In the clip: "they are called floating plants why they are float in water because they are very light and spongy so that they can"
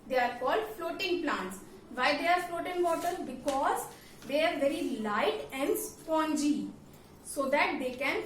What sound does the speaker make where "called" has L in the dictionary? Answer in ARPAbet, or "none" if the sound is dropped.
L